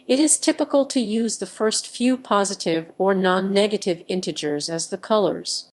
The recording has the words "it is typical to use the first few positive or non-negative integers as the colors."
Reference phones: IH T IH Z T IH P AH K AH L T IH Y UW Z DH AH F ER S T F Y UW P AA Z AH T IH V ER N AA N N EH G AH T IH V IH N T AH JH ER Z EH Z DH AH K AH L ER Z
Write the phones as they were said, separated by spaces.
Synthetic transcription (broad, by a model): IH T IH Z T IH P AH K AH L T IH Y UW Z DH AH F ER S T F Y UW P AA Z AH T IH V ER N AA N N EH G AH T IH V IH N T AH JH ER Z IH Z DH AH K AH L ER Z